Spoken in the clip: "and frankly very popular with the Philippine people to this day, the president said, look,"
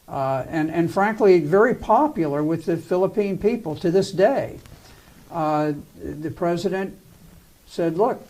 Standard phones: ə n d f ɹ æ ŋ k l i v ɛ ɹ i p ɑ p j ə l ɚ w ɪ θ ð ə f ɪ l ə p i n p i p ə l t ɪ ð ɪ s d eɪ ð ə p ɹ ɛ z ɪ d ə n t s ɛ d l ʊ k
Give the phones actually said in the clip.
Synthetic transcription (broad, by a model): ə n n f ɹ æ ŋ k l i v ɛ ɹ i p ɑ p j l ɚ w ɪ ð ə f ɪ l ə p i n p i p l t ɪ ð ɪ s d eɪ ð ə p ɹ ɛ z ɪ d ə n t s ɛ d l ʊ k